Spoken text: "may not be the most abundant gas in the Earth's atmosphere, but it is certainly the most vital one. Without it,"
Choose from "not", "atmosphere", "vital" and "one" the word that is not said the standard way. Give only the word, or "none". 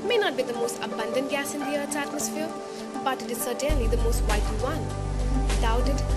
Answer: vital